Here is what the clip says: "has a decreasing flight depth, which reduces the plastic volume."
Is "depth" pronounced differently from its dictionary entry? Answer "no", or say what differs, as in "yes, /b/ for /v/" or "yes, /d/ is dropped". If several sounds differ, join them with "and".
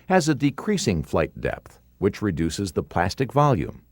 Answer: no